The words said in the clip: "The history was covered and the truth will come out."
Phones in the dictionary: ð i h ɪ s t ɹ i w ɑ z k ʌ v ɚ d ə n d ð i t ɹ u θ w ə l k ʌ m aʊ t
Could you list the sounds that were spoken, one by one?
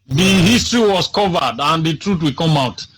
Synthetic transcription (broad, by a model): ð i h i s t ɹ i w ɑ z k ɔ v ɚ d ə n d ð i t ɹ u t w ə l k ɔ m aʊ t